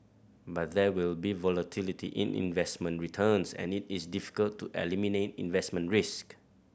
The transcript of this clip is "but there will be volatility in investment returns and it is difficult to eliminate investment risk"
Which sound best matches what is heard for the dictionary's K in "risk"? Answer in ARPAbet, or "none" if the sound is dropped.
K